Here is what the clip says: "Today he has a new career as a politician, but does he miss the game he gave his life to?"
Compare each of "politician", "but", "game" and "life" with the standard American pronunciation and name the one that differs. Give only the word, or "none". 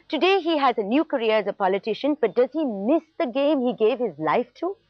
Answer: none